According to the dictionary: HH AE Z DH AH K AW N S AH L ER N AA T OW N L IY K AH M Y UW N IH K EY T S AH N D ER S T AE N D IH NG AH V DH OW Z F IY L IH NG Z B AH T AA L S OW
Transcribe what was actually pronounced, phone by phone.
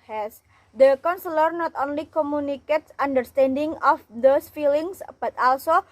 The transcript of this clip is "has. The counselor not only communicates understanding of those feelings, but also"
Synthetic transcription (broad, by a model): HH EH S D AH K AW N S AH L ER N AA T OW N L IY K AH M Y UW N IH K EY T S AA N D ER S T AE N D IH NG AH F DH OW S F IY L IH NG S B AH T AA L S OW